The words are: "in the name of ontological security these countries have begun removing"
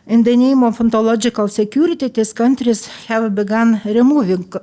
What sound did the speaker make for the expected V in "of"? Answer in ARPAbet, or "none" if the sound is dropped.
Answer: F